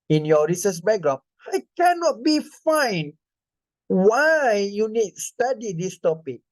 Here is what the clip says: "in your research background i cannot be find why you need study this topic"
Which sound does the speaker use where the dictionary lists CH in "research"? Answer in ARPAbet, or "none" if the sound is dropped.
S